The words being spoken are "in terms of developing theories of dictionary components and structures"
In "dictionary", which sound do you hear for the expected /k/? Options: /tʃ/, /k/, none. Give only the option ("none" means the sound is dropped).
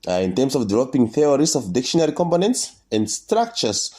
/k/